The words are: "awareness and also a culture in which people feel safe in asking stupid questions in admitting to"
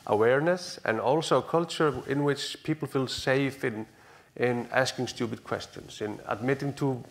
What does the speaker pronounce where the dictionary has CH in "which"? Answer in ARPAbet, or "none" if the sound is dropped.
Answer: CH